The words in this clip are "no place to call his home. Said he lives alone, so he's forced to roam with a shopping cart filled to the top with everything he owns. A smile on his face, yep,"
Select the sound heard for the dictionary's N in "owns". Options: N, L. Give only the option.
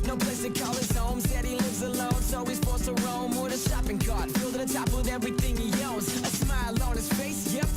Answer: L